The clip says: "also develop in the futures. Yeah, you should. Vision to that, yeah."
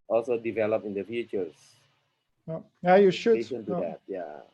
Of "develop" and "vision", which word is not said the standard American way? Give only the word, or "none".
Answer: vision